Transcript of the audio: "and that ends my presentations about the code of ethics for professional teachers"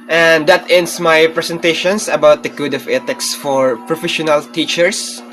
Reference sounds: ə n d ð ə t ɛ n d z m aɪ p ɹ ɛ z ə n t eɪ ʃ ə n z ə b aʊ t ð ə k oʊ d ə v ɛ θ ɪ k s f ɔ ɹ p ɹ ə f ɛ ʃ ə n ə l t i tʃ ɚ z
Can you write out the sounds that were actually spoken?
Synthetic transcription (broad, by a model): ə n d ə t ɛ n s m aɪ p ɹ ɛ s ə n t eɪ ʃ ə n s ə b aʊ t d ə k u d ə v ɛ t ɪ k s f ɔ ɹ p ɹ ə f ɛ ʃ ə n ə l t i tʃ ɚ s